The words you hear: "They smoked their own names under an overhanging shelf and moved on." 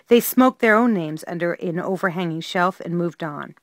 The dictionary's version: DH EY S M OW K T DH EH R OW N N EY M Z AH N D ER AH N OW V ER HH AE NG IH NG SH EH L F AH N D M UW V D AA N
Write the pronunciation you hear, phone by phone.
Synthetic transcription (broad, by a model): DH EY S M OW K DH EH R OW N N EY M Z AH N D ER AH N OW V ER HH AE NG IH NG SH EH L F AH N M UW V D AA N